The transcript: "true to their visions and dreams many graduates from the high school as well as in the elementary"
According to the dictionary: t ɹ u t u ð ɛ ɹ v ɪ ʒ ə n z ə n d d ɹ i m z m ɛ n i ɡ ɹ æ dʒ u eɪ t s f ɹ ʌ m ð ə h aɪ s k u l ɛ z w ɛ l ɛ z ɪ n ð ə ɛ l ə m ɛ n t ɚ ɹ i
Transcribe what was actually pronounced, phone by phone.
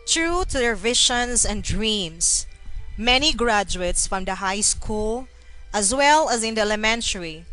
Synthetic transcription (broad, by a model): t ɹ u t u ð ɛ ɹ v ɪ ʃ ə n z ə n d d ɹ i m s m ɛ n i ɡ ɹ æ dʒ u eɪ t s f ɹ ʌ m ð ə h aɪ s k u l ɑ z w ɛ l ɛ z ɪ n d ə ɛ l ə m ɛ n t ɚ ɹ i